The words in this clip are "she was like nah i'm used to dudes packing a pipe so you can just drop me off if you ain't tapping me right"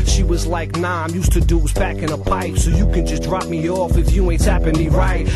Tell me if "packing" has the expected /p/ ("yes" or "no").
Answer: no